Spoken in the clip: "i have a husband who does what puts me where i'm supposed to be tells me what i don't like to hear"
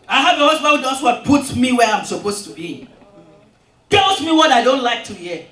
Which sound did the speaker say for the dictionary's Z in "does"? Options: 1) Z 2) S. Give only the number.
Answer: 2